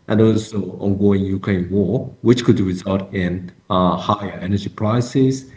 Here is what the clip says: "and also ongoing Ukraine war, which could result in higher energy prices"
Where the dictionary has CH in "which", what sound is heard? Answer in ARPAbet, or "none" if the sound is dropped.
CH